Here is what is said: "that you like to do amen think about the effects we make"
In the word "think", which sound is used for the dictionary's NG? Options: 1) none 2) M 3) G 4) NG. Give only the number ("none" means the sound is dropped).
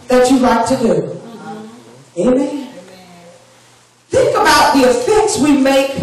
4